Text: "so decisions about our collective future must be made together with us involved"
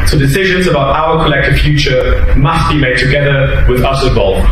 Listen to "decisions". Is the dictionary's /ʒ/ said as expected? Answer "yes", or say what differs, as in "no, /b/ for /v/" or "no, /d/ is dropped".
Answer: yes